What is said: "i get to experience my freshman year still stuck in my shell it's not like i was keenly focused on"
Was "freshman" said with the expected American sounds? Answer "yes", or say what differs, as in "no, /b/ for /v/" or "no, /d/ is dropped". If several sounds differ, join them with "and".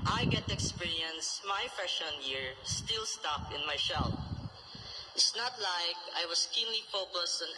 no, /ɹ/ is dropped and /m/ is dropped